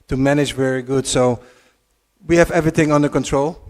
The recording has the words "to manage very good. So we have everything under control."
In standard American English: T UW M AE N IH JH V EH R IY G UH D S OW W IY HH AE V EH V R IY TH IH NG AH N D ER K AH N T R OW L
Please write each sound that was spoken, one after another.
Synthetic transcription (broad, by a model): T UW M AE N IH JH V EH R IY G UH D S OW W IY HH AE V EH V R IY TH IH NG AH N D ER K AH N T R OW L